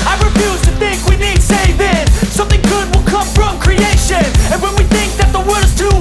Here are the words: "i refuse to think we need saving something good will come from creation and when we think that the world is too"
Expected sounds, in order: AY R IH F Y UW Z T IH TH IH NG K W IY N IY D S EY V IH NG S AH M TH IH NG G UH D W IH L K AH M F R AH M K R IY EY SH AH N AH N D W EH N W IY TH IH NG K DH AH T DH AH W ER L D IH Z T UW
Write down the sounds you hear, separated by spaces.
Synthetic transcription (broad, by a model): AY R IH F Y UW Z T IH TH IH NG K W IY N IY D S EY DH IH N S AH M TH IH NG G UH D W IH L K AH M F R AH M K R IY EY SH AH N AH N W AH N W IY TH IH NG K DH AH T DH AH W ER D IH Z T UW